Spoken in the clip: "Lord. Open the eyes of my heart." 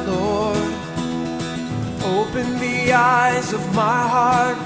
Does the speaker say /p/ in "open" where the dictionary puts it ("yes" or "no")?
yes